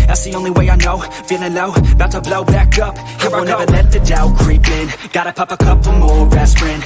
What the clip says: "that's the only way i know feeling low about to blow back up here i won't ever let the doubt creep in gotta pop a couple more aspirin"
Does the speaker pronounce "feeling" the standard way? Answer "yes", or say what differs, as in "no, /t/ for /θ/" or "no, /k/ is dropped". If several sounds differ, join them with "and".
no, /n/ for /l/